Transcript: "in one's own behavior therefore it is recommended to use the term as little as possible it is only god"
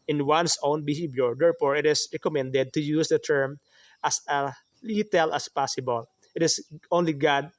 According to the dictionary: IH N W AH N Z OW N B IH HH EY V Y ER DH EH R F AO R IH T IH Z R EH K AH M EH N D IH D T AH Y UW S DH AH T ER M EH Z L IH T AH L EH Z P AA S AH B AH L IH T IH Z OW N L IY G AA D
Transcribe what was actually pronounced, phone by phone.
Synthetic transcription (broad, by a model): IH N W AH N S OW N B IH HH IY B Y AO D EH R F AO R IH T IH S R EH K AH M EH N D IH D T AH Y UW S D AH T ER M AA S L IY T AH L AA S P AA S AH B AH L IH T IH S OW N L IY G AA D